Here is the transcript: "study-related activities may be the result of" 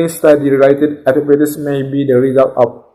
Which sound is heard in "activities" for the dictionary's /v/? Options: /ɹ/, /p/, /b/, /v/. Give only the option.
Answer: /p/